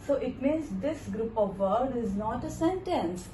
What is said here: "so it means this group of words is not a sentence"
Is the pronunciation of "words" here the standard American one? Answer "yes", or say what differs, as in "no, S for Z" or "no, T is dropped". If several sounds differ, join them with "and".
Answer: no, Z is dropped